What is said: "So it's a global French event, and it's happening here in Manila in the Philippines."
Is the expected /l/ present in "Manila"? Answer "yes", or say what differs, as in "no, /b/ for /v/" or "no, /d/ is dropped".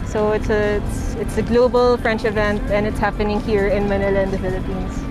yes